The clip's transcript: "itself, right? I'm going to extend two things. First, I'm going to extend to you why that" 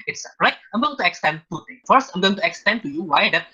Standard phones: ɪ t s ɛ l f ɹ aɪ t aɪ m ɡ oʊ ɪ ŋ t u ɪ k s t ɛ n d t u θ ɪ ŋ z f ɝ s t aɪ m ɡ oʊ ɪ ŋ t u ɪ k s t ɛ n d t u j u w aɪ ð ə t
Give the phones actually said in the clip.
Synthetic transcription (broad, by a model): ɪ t s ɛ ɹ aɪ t aɪ m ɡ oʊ t u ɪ k s t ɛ n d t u t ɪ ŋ f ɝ s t aɪ m ɡ oʊ ɪ ŋ t u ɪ k s t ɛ n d t u j u w aɪ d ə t